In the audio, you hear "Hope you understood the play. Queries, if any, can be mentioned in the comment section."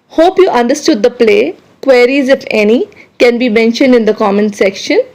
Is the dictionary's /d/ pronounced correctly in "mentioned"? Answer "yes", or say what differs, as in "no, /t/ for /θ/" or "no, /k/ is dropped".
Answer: yes